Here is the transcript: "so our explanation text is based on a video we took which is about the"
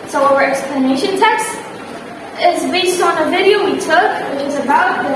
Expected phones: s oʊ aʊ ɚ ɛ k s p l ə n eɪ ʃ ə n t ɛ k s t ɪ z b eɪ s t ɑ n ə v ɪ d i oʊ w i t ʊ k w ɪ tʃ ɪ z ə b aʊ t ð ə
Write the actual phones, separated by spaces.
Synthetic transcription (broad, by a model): s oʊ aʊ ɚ ɛ k s p l ə n eɪ ʃ ə n t ɛ k s t ɪ z b eɪ s t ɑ n ə v ɪ d i oʊ w i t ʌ k w ɪ tʃ ɪ z ə b aʊ t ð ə